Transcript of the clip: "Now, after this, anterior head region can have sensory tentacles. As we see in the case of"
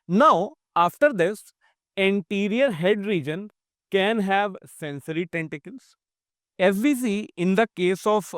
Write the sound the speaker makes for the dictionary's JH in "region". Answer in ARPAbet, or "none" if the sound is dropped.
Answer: JH